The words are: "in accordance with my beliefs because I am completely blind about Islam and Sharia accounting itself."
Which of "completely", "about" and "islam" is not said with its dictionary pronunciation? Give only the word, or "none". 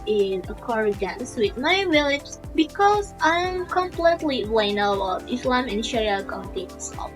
about